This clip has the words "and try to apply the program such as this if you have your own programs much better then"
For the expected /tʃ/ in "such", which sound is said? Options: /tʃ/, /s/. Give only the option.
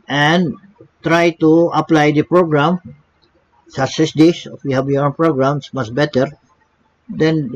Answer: /s/